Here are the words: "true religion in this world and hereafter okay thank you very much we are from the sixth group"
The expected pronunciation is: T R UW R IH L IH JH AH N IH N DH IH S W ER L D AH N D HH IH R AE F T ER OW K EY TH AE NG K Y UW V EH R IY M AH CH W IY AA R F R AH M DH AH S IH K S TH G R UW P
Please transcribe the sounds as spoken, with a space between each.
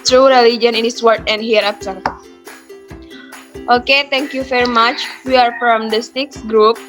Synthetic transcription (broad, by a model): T R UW R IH L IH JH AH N IH N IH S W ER D AH N D HH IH R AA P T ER OW K EY T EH NG K Y UW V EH R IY M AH CH W IY AA R F R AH M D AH S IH K S G R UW P